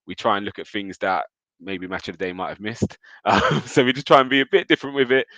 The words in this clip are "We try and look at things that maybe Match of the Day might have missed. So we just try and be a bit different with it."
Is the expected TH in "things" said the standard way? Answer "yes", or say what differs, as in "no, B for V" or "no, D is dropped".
yes